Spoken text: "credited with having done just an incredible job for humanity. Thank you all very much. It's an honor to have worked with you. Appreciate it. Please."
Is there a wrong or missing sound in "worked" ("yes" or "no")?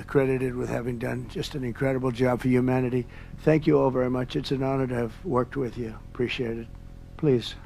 no